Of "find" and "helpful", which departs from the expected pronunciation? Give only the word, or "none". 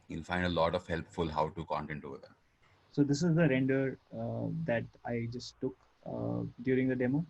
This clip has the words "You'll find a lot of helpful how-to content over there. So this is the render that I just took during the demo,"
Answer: none